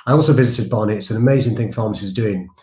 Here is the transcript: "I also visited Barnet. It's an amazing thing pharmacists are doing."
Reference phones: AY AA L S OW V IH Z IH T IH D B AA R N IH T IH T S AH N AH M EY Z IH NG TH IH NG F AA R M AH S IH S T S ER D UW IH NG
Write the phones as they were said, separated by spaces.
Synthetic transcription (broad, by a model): AY AA L S OW V IH Z IH T IH D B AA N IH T IH T S AH N AH M EY Z IH NG TH IH NG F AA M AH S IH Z D UW IH NG